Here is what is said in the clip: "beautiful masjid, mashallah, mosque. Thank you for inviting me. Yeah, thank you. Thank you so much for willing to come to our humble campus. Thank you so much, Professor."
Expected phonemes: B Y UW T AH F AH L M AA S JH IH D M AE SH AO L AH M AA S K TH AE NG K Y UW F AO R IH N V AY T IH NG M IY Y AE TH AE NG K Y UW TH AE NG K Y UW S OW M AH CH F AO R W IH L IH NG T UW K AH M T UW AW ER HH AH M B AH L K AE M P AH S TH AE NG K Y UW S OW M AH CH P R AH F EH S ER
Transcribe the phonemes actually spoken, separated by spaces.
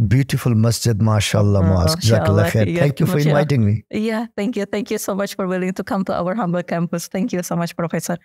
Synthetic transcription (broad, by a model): B Y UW T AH F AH L M AA S JH IH D M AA SH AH L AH M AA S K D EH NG K Y UW F AO R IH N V AY T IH NG M IY Y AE T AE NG K Y UW T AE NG K Y UW S OW M AH CH F AO R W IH L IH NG T UW K AH M T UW AW ER HH AH M B AH L K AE M P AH S T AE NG K Y UW S OW M AH CH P R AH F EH S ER